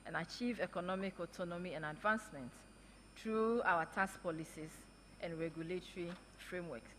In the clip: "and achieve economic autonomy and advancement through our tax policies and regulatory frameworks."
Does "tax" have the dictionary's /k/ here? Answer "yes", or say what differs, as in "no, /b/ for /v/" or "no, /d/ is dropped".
no, /k/ is dropped